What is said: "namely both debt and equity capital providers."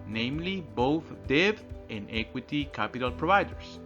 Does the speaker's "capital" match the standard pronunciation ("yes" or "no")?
yes